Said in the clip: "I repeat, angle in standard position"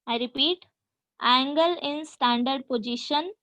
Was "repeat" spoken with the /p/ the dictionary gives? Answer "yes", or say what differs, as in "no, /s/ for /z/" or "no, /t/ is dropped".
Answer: yes